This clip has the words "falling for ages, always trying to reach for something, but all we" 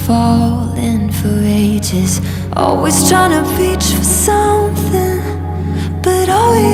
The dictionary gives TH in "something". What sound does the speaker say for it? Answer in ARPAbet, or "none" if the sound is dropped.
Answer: TH